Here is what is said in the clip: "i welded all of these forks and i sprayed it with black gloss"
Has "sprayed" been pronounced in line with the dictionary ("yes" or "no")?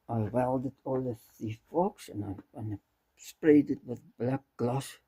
yes